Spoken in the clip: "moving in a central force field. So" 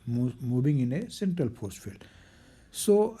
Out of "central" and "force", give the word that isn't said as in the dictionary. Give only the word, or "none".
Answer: force